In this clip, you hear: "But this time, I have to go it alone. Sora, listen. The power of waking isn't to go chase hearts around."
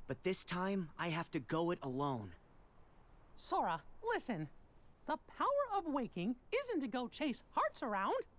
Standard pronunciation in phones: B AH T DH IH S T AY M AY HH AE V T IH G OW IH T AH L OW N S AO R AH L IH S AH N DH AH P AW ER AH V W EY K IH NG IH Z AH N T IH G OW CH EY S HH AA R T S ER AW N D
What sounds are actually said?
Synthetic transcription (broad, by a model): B AH T DH IH S T AY M AY HH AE F T IH G OW IH T AH L OW N S AO R AH L IH S AH N DH AH P AW ER AH V W EY K IH NG IH Z AH N T IH G OW CH EY S HH AA R T S ER AW N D